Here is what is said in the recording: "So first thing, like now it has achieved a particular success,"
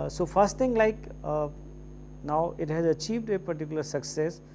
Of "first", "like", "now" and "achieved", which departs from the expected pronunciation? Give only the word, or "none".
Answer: none